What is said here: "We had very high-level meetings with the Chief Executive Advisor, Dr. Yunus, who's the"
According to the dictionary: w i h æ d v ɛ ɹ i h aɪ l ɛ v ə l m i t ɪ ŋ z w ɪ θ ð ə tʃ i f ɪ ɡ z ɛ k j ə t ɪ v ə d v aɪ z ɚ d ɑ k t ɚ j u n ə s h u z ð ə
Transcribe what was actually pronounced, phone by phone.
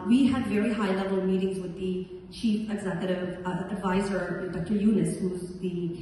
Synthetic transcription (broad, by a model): w i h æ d v ɛ ɹ i h aɪ l ɛ v ə l m i t ɪ ŋ z w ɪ ð ə tʃ i f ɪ ɡ z ɛ k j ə t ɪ v ə d v aɪ z ɚ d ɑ k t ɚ j u n ə s h u z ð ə